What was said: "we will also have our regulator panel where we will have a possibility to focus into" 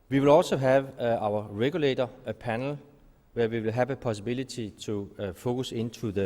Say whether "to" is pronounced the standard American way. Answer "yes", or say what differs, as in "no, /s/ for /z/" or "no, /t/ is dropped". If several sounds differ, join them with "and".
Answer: no, /s/ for /t/